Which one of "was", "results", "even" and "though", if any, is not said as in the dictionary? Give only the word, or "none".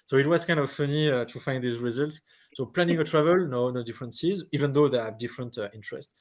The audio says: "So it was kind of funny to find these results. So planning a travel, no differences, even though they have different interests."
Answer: none